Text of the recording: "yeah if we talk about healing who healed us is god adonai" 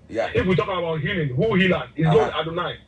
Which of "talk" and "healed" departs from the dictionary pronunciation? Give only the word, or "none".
healed